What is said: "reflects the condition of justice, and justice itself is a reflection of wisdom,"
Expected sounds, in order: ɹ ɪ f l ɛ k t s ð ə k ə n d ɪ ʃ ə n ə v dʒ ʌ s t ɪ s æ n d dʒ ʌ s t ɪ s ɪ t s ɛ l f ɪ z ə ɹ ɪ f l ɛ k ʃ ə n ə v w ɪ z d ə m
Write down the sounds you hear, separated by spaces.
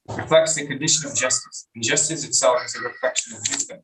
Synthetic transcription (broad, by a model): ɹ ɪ f l ɛ k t s ð ə k ə n d ɪ ʃ ə n ə v dʒ ʌ s t ɪ s n dʒ ʌ s t ɪ s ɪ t s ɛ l ɪ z ə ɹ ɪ f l ɛ k ʃ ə n ə v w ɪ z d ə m